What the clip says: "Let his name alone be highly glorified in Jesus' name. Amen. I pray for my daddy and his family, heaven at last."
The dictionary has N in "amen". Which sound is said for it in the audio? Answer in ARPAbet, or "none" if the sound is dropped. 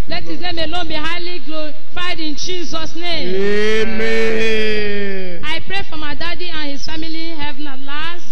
none